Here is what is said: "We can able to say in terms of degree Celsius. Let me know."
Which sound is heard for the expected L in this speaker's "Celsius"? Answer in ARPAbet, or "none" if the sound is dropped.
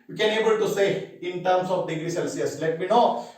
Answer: L